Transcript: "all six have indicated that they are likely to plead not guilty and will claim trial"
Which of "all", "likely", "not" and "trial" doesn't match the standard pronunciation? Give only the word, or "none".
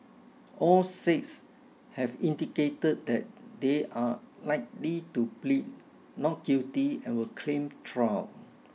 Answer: trial